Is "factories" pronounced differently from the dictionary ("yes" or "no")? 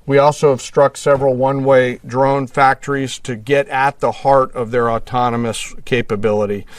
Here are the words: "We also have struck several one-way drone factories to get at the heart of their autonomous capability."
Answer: no